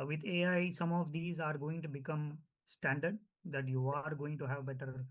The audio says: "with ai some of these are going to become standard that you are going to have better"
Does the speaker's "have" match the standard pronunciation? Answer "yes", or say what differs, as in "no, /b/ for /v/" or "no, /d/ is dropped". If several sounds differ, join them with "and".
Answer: yes